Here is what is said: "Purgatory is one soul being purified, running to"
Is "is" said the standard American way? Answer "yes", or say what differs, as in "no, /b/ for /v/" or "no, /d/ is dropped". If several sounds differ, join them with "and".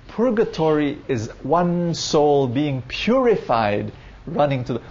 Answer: yes